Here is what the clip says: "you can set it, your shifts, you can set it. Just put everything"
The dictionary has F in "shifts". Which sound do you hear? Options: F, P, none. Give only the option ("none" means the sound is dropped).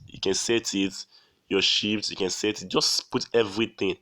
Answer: P